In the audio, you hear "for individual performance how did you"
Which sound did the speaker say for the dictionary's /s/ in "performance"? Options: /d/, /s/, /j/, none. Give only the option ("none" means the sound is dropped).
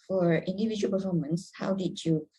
/s/